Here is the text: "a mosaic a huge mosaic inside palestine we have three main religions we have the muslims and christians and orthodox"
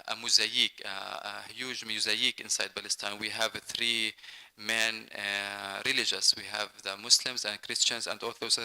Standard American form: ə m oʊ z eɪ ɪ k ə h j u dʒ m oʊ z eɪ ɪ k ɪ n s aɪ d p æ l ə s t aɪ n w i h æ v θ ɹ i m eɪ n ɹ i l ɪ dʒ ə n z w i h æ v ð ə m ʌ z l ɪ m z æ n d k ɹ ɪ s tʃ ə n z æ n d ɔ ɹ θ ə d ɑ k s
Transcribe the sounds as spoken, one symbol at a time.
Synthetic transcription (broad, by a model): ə m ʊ z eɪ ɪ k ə h j u dʒ m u z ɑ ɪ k ɪ n s aɪ d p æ l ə s t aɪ n w i h æ v θ ɹ i m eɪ n ɹ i l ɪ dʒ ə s w i h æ v ð ə m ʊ s l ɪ m z æ n d k ɹ ɪ s tʃ ə n z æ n d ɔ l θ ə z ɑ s